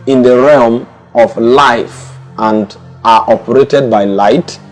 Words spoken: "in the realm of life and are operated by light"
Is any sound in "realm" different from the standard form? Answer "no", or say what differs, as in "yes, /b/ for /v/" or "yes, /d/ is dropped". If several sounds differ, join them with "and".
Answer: no